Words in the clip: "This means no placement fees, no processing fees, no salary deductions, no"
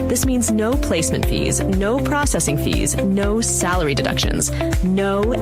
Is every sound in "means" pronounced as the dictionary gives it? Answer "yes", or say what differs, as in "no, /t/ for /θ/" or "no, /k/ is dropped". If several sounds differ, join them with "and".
yes